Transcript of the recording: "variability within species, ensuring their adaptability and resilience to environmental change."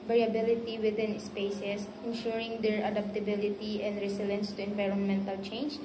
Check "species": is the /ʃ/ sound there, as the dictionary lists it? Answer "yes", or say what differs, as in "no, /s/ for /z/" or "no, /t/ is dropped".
no, /s/ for /ʃ/